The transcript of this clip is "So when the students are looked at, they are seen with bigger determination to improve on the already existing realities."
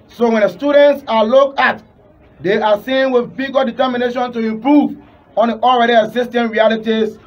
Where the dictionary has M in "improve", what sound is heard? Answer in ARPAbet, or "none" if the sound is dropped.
M